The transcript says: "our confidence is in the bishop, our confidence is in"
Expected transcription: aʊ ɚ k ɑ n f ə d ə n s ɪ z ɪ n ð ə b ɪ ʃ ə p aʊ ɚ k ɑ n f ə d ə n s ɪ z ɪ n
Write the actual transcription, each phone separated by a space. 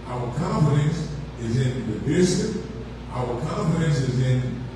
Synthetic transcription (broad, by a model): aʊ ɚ k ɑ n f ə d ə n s ɪ z ɪ n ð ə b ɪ s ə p aʊ ɚ k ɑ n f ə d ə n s ɪ z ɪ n